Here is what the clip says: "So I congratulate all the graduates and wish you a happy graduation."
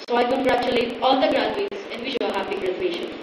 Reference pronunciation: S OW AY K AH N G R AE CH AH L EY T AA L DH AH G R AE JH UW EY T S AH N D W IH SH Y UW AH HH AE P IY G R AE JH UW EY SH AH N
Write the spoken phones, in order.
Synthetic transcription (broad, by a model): S OW AY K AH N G R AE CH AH L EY T AA L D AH G R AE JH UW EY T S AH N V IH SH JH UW AH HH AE B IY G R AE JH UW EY SH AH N